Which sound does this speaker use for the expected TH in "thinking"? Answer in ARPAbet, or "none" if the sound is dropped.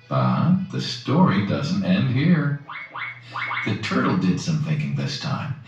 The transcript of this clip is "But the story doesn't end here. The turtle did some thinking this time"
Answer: TH